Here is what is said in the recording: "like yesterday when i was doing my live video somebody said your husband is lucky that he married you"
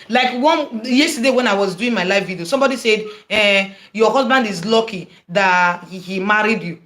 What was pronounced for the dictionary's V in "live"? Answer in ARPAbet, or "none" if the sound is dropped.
F